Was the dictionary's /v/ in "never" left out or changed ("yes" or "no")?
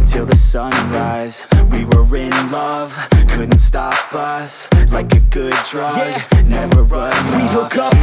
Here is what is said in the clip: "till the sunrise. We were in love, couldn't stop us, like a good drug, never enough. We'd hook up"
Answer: no